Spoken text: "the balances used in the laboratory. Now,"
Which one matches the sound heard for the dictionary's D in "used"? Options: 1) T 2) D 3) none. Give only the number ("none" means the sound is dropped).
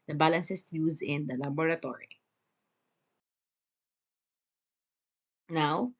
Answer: 3